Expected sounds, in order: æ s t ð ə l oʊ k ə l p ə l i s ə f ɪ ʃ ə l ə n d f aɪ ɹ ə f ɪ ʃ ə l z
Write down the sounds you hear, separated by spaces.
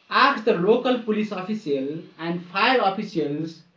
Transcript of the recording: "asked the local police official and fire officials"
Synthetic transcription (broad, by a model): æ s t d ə l oʊ k ə l p ə l i s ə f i s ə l ə n d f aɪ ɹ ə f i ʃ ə l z